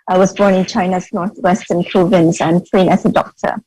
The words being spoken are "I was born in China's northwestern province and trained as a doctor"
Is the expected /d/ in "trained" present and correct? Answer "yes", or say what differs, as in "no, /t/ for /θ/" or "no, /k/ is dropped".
no, /d/ is dropped